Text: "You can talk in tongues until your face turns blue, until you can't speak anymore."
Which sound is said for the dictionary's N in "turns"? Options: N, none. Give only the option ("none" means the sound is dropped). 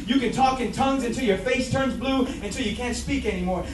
N